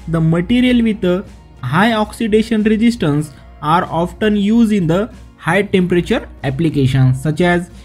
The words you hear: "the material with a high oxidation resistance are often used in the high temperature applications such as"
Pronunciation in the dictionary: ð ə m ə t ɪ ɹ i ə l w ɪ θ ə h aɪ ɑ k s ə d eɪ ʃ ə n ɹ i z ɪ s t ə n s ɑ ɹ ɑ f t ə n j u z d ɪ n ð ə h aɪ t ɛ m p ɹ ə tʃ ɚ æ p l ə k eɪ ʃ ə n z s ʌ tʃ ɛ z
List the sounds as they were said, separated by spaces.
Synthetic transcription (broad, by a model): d ə m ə t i ɹ i ə l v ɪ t ə h aɪ ɑ k s ə d eɪ ʃ ə n ɹ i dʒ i s t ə n s ɑ ɹ ɑ f t ə n j u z ɪ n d ə h aɪ t ɛ m p ɹ ə tʃ ɚ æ p l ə k eɪ ʃ ə n s ʌ tʃ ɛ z